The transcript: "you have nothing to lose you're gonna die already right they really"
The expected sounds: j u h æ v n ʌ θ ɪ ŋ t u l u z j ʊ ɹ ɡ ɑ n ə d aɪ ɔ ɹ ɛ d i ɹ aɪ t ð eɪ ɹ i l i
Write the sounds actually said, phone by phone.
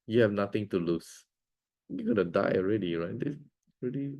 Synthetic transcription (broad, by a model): j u h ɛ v n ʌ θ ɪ ŋ t u l u s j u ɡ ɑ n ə d aɪ ɔ ɹ ɛ d i ɹ aɪ t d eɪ ɹ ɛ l i